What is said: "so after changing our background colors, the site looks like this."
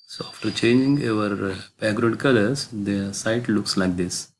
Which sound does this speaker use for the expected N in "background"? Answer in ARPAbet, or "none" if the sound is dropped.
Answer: none